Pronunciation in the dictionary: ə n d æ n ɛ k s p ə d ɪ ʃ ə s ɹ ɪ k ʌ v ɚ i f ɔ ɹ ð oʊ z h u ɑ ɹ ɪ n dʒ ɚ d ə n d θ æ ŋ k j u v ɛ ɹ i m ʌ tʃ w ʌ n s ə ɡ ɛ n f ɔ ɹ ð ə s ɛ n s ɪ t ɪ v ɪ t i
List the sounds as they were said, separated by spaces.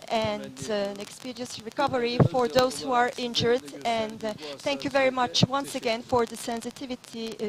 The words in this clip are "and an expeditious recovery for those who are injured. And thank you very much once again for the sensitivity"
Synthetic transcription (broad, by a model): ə n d æ n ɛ k s p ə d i ə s ɹ ɪ k ʌ v ɚ i f ɔ ɹ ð oʊ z h u ɑ ɹ ɪ n dʒ ɚ d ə n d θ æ ŋ k j u v ɛ ɹ i m ʌ tʃ w ʌ n s ə ɡ ɛ n f ɔ ɹ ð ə s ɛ n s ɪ t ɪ v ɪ t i